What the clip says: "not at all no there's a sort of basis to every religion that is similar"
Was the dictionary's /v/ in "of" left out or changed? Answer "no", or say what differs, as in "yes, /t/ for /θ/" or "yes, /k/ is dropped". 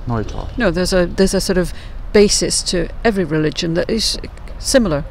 no